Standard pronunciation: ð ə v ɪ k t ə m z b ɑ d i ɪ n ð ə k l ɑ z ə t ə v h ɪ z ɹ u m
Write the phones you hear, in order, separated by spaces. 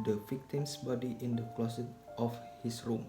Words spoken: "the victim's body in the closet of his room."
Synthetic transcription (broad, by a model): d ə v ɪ k t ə m s b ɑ d i ɪ n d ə k l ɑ s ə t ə f h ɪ s ɹ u m